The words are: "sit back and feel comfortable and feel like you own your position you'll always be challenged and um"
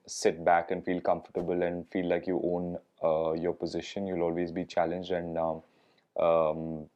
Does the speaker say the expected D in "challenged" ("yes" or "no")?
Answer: yes